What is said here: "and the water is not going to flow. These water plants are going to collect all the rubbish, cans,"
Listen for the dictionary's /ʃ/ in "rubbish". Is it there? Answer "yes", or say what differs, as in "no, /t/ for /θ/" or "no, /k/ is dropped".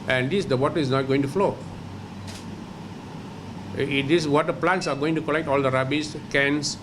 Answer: no, /s/ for /ʃ/